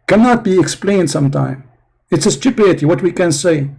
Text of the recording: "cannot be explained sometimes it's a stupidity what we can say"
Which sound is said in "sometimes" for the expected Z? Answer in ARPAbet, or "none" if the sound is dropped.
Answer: none